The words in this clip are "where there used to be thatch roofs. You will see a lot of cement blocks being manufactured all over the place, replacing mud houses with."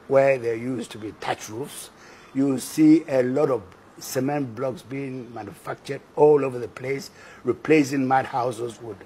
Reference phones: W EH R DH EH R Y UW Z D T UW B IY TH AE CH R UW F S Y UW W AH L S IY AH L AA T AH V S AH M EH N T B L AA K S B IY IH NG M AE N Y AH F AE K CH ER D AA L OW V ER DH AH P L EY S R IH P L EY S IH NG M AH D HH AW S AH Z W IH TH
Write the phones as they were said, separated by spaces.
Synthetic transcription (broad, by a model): W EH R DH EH Y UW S T UW B IY T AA CH R UW F S Y UW S IY AH L AA T AH V S AH M EH N T B L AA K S B IY IH NG M AE N Y AH F AE K CH ER D AA L OW V ER DH AH P L EY S R IH P L EY S IH NG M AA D HH AW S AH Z W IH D